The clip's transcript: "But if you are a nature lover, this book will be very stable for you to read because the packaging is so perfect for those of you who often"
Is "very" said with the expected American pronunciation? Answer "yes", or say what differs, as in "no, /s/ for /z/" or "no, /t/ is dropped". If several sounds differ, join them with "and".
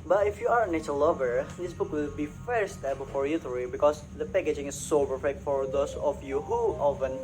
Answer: no, /f/ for /v/